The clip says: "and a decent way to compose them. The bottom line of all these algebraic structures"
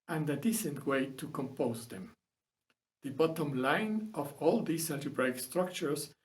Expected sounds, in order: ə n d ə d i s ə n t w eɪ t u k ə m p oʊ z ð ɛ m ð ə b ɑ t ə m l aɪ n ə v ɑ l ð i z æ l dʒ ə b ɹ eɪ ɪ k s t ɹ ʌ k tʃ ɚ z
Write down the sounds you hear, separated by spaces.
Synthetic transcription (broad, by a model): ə n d ə d i s ə n t w eɪ t u k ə m p oʊ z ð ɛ m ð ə b ɑ t ə m l aɪ n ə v ɑ l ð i s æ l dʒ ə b ɹ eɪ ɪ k s t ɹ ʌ k tʃ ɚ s